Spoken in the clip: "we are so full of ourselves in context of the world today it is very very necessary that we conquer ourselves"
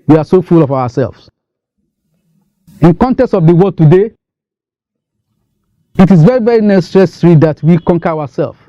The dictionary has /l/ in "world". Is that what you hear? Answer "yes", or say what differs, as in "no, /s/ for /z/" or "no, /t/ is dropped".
no, /l/ is dropped